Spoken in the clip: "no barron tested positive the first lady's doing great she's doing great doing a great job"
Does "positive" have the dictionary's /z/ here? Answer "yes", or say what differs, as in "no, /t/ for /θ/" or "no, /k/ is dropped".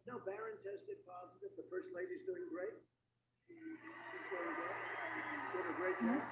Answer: yes